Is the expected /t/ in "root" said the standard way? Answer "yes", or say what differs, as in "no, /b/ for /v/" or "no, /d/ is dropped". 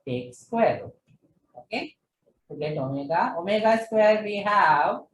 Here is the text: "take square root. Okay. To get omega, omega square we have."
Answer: no, /t/ is dropped